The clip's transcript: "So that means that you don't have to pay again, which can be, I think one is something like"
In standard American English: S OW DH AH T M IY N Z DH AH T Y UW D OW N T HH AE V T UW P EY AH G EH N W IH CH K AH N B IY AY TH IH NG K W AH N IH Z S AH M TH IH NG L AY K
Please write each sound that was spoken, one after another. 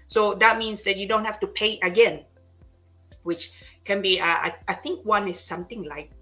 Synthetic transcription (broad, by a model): S OW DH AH T M IY N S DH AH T Y UW D OW N T HH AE F T UW P EY AH G EH N W IH CH K AH N B IY AY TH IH NG K W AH N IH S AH M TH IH NG L AY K